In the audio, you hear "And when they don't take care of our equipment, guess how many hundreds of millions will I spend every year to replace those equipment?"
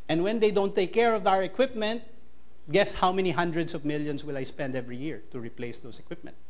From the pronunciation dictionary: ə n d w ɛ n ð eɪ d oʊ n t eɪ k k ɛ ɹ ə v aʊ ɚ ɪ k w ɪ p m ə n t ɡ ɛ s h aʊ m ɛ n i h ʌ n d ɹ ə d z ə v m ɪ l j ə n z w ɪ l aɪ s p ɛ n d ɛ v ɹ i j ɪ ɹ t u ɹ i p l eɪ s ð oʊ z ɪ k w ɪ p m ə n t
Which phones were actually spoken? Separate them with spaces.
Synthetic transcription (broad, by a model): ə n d w ɛ n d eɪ d oʊ n t eɪ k k ɛ ɹ ə v aʊ ɚ ɪ k w ɪ p m ə n t ɡ ɛ s h aʊ m ɛ n i h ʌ n d ɹ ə d s ə v m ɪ l j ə n s w ɪ l aɪ s p ɛ n d ɛ v ɹ i j ɪ ɹ t u ɹ i p l eɪ s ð oʊ s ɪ k w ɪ p m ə n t